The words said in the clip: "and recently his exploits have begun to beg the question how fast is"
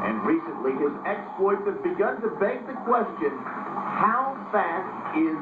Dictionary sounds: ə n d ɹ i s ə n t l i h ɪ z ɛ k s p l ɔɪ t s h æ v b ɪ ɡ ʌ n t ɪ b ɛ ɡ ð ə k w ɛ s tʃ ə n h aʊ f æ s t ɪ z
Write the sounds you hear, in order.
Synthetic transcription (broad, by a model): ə n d ɹ i s ə n t l i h ɪ z ɛ k s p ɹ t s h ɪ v b ɪ ɡ ʌ n t ɪ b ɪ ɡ ð ə k w ɛ s tʃ ə n h aʊ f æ t ɪ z